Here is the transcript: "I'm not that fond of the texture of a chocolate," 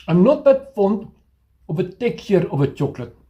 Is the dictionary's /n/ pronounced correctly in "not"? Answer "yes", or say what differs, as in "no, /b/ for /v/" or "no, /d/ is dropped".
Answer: yes